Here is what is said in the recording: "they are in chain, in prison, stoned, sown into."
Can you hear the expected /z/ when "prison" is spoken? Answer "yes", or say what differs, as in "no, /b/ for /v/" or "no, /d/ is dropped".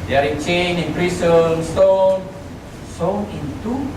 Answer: no, /s/ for /z/